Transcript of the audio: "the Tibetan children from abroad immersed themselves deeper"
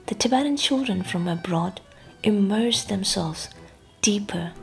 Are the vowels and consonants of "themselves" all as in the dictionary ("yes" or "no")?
yes